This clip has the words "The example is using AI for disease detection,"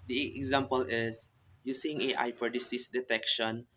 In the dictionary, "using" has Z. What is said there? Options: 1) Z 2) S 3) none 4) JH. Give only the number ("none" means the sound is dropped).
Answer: 2